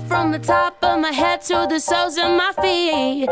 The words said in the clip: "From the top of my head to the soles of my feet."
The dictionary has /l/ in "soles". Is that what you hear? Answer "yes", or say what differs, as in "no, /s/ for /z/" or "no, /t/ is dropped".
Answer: no, /l/ is dropped